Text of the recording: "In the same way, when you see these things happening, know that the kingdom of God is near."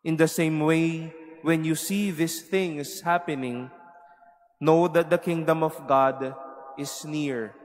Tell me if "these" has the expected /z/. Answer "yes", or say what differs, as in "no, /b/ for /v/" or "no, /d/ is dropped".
no, /s/ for /z/